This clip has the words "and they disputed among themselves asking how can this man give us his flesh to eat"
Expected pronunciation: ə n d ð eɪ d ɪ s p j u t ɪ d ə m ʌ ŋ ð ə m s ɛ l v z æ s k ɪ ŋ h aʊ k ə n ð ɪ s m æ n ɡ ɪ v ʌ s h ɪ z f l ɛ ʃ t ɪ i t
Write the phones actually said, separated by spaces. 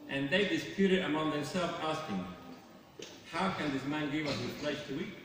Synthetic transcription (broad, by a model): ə n ð eɪ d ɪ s p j u t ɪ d ə m ʌ ŋ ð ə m s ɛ l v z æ s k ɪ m h aʊ k ə n ð ɪ s m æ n ɡ ɪ v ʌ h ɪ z p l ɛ s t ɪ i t